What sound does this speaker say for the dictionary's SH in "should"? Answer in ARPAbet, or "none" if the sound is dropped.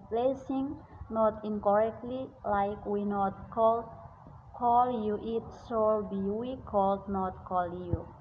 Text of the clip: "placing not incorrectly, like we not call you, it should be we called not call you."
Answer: S